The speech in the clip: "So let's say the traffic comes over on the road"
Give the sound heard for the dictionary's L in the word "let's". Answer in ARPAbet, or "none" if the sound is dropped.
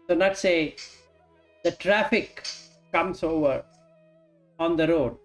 N